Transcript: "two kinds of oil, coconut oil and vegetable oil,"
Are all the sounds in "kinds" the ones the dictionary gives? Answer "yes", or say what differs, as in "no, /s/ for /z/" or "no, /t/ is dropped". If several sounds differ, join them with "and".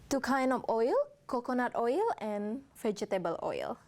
no, /z/ is dropped